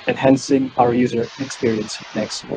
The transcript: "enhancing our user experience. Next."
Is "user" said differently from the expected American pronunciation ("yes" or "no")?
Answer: no